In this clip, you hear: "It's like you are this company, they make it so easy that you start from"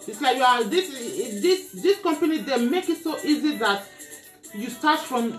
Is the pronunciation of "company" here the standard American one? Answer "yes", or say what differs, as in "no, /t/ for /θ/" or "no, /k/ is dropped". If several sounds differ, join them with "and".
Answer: yes